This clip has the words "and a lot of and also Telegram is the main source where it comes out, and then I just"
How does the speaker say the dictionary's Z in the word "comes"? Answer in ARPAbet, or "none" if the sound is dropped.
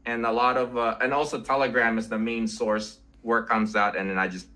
Z